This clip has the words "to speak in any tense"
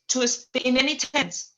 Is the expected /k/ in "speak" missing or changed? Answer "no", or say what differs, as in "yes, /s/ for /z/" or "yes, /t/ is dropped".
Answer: yes, /k/ is dropped